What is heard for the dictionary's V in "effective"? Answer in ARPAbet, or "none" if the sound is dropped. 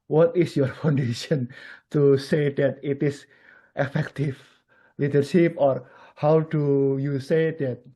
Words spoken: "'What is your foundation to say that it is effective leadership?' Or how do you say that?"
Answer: F